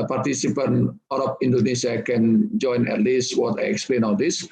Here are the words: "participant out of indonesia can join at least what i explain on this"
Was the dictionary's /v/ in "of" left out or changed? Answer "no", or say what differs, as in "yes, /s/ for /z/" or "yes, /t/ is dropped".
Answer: yes, /p/ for /v/